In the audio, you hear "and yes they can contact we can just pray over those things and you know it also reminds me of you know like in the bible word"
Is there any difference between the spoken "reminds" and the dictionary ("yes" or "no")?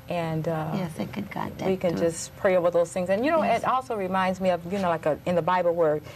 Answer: no